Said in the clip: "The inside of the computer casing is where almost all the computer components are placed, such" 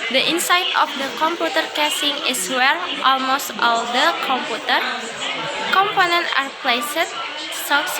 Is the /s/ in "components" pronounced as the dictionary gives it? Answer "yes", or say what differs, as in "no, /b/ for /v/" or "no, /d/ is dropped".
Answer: no, /s/ is dropped